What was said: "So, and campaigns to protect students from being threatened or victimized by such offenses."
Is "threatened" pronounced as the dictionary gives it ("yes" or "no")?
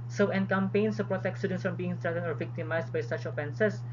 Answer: no